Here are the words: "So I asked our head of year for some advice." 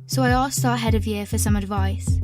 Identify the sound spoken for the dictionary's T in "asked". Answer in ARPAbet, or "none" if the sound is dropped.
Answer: none